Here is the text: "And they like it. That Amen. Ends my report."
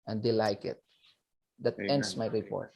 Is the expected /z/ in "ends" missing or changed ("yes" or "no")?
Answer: yes